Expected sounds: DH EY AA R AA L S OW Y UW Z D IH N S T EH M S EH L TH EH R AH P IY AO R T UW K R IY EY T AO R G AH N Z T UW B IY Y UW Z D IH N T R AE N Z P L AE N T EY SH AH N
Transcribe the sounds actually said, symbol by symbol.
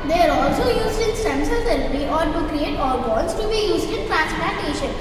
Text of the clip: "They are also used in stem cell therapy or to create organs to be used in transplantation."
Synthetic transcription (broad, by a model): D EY AA R AA L S OW Y UW Z D IH N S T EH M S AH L S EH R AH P AO R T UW K R IY EY T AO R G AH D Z T UW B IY Y UW Z D IH N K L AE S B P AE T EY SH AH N